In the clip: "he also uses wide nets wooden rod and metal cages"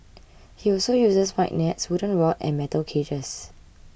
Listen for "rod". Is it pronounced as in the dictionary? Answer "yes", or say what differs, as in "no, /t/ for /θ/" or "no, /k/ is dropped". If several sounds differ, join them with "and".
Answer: no, /w/ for /ɹ/